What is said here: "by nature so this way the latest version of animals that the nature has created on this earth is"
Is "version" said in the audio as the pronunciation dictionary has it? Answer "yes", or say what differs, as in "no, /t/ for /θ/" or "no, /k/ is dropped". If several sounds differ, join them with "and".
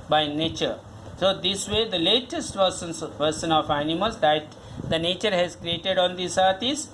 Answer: no, /s/ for /ʒ/